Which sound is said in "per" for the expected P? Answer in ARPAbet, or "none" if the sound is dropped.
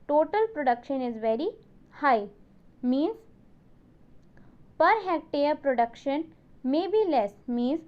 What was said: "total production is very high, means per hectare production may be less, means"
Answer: P